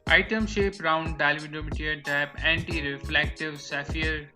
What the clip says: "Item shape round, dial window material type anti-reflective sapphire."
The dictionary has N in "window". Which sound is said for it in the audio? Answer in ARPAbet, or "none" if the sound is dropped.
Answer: none